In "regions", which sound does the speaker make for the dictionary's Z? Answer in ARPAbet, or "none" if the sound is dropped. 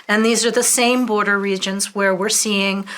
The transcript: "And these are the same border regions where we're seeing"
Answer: Z